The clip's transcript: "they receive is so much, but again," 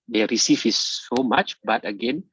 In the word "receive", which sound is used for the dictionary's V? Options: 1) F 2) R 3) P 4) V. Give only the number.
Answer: 1